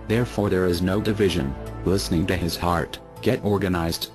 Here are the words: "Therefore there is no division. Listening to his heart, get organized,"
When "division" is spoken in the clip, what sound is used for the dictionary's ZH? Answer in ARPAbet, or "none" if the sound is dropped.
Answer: ZH